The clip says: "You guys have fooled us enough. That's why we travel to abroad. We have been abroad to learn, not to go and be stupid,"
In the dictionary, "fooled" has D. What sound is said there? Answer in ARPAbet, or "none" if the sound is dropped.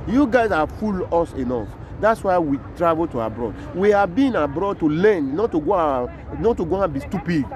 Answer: none